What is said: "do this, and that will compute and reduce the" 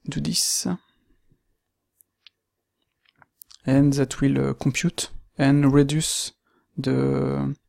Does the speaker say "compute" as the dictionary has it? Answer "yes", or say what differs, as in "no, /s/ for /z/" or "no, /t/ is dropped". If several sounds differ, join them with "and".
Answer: no, /m/ is dropped